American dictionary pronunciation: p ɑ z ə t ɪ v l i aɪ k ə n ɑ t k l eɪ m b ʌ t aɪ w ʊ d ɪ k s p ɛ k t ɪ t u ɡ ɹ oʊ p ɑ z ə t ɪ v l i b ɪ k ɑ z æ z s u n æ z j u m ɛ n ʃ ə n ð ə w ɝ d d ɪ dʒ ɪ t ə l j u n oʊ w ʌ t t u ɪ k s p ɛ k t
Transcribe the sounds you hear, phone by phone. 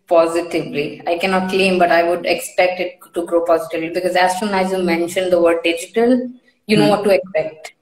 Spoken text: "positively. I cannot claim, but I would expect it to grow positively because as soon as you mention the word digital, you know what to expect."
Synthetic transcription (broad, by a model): p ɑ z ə t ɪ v l i aɪ k ə n ɑ t k l eɪ m b ʌ t aɪ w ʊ d ɪ k s p ɛ k t ɪ t u ɡ ɹ oʊ p ɑ z ə t ɪ v l i b ɪ k ɑ z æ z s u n æ z j u m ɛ n ʃ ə n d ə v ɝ d d ɪ dʒ ɪ t ə l j u n oʊ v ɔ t t u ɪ k s p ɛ k t